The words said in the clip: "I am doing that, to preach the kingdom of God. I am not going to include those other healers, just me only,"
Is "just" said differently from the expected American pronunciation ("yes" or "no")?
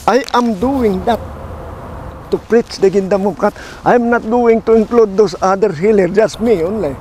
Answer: no